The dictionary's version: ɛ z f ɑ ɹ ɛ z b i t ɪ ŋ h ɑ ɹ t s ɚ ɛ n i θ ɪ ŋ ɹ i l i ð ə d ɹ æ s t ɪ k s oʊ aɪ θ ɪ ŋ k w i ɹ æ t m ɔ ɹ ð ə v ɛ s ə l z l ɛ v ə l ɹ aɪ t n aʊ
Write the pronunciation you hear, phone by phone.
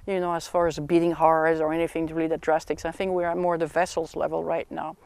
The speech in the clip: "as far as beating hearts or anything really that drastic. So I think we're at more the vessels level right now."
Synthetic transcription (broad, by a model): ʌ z f ɑ ɹ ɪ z b i t ɪ ŋ h ɑ ɹ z ɚ ɛ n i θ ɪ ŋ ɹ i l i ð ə d ɹ æ s t ɪ k s aɪ θ ɪ ŋ k w i ɹ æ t m ɔ ɹ ð ə v ɛ s l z l ɛ v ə l ɹ aɪ t n aʊ